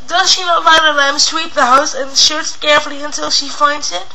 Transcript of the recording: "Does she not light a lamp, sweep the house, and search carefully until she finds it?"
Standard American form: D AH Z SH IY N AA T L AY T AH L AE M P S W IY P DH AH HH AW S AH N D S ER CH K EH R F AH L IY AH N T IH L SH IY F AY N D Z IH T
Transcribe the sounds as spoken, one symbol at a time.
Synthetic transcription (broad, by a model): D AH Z SH IY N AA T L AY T AH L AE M S W IY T DH AH HH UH S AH N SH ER S K EH R F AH L IY AH N T IH L SH IY F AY N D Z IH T